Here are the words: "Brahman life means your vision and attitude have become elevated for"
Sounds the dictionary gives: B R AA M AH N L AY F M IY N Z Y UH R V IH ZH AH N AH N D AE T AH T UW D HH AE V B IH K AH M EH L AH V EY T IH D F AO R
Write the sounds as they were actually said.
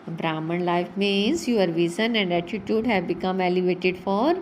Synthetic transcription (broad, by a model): B R AA M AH N L AY F M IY N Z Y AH R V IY Z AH N AH N D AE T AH T UW D HH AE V B IH K AH M EH L AH V EY T IH D F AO R